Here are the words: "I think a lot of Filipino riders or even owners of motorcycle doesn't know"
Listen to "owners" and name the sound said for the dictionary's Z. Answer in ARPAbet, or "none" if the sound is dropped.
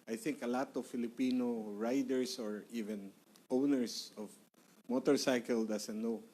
S